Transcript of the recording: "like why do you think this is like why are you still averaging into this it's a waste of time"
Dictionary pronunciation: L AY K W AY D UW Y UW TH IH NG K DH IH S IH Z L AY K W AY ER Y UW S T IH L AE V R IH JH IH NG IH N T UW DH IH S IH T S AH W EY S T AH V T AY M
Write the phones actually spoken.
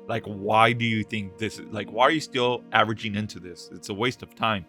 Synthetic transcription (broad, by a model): L AY K W AY D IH Y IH TH IH NG K DH IH S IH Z L AY K W AY ER Y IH S T IH L AE V R IH JH IH NG IH N T UW DH IH S IH T S AH W EY S T AH V T AY M